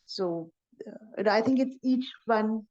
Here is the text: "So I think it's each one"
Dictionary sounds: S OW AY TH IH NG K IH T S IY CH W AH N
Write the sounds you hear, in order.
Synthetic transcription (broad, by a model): S OW AY TH IH NG K IH T S IY CH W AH N